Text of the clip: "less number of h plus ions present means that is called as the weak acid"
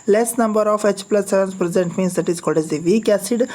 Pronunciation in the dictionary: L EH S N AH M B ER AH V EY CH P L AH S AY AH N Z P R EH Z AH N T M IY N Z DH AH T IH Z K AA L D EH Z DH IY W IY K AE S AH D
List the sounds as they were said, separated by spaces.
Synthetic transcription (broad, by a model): L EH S N AH M B ER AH F EY CH P L AH S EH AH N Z P R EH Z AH N T M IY N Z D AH T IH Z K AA D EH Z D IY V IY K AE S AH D